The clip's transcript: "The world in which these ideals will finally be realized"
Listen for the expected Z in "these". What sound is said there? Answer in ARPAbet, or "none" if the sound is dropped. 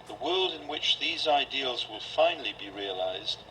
Z